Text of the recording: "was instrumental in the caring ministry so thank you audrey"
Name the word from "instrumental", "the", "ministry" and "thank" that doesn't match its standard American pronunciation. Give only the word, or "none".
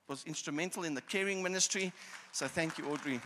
none